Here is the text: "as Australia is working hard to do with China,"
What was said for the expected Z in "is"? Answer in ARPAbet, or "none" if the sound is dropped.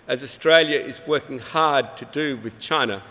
Z